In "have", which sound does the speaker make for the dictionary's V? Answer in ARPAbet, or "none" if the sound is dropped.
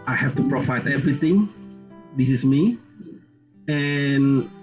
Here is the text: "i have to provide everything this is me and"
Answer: F